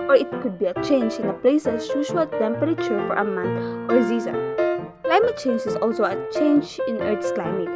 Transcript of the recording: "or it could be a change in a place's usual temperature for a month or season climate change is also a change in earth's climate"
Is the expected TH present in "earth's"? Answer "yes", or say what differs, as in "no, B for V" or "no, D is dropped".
no, T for TH